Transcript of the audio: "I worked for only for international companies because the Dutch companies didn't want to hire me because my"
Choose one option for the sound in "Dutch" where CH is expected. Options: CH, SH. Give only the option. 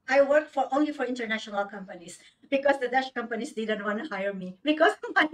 SH